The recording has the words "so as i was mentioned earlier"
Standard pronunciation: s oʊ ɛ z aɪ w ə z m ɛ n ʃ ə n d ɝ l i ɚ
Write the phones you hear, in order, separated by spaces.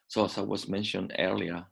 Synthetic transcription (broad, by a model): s oʊ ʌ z aɪ w ə z m ɛ n ʃ ə n d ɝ l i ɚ